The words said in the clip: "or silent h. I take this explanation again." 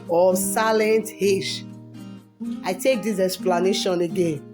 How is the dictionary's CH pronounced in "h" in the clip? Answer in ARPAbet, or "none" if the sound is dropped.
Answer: SH